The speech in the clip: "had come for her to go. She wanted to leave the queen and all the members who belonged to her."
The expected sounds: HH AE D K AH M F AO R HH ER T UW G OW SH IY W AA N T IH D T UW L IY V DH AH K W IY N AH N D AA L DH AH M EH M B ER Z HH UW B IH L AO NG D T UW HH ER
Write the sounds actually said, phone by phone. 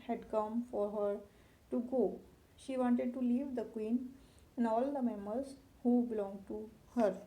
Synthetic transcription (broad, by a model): HH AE D K AH M F AO R HH ER T UW G OW SH IY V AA N T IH D T UW L IY V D AH K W IY N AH N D AA L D AH M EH M B ER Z HH UW B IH L AO NG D T UW HH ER